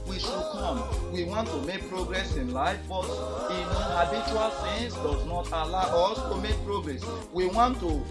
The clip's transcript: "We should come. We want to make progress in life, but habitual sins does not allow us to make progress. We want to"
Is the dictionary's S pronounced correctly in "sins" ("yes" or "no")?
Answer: no